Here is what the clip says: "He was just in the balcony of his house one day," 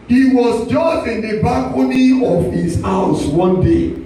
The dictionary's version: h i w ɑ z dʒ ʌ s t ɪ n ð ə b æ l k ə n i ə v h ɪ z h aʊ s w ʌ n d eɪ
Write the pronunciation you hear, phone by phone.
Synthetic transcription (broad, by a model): h i w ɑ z dʒ ʌ s t ɪ n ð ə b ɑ k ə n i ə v h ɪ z h aʊ s w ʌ n d eɪ